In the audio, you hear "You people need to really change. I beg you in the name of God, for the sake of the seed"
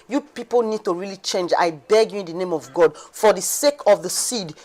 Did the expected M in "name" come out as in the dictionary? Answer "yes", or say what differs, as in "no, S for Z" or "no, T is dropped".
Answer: yes